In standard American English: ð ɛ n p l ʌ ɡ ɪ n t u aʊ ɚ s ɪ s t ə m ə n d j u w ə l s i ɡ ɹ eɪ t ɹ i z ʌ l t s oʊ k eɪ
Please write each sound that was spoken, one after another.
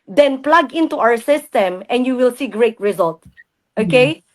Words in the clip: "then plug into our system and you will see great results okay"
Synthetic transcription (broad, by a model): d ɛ n p l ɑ ɡ ɪ n t u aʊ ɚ s ɪ s t ə m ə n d j u w ə l s i ɡ ɹ eɪ t ɹ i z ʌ l t oʊ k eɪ